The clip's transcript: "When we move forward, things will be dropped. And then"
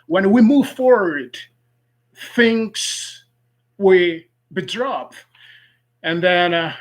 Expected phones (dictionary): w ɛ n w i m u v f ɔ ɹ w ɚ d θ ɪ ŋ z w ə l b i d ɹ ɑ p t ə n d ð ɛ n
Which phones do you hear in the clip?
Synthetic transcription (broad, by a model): w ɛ n w i m u v f ɔ ɹ w ɚ d θ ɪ ŋ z w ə b i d ɹ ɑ p ə n ð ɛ n